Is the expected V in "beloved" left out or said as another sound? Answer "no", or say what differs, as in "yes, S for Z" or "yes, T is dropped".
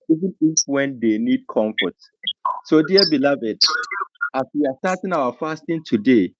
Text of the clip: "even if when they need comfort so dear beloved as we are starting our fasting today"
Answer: no